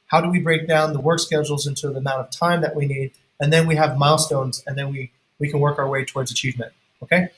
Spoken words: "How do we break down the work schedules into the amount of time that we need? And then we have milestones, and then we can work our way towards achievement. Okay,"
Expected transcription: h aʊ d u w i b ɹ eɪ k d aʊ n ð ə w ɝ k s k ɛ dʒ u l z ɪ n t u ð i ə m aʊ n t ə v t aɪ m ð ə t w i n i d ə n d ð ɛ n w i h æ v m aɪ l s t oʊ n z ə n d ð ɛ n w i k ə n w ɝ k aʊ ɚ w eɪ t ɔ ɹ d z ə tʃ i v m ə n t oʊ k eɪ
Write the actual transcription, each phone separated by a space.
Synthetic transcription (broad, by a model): h aʊ d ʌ w i b ɹ eɪ k d aʊ n ð ə w ɝ k s k ɛ dʒ l z ɪ n t u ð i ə m aʊ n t ə v t aɪ m ð ə t w i n i d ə n ð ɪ n w i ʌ v m aɪ l s t oʊ n z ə n ð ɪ n w i k ə n w ɝ k aʊ ɚ w eɪ t ɔ ɹ d z ə tʃ i v m ə n t oʊ k eɪ